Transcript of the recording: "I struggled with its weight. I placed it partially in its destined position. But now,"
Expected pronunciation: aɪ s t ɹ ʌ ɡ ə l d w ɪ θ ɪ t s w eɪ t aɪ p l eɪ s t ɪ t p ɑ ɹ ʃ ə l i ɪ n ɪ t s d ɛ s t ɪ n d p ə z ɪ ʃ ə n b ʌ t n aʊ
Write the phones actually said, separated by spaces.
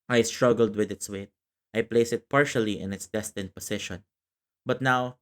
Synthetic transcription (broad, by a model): aɪ s t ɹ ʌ ɡ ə l d w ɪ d ɪ t s w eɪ t aɪ p l eɪ s ɪ t p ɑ ɹ ʃ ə l i ɪ n ɪ t s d ɛ s t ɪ n p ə s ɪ ʃ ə n b ʌ t n aʊ